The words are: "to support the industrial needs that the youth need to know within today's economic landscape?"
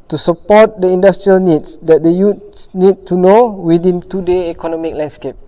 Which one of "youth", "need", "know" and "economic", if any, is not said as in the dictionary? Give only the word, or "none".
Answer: youth